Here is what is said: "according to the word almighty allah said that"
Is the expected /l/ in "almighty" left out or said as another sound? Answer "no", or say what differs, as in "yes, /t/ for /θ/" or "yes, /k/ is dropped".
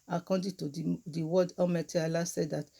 yes, /l/ is dropped